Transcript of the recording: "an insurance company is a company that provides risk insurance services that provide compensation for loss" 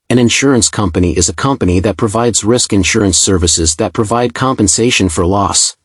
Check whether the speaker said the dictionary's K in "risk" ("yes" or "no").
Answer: yes